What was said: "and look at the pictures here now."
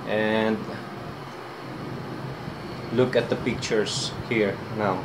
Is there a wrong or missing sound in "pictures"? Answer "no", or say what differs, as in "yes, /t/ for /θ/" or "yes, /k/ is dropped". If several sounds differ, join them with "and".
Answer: yes, /s/ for /z/